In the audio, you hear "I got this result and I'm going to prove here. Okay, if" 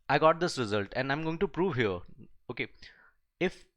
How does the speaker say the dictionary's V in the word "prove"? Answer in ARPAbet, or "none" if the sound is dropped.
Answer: V